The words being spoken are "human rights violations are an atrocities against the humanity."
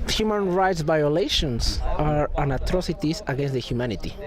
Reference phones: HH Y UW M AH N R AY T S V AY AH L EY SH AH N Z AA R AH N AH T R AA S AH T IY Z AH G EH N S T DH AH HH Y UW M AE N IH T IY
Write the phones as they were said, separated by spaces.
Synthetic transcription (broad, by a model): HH Y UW M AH N R AY T S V AY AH L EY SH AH N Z AA R AH N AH T R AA S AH T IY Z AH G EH N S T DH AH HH Y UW M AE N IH T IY